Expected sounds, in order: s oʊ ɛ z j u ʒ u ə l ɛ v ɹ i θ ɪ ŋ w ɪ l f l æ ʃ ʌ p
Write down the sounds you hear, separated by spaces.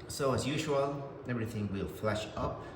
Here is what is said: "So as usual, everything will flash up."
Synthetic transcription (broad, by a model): s oʊ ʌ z j u ʒ u ə l ɛ v ɹ i θ ɪ ŋ w ɪ l f l æ ʃ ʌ p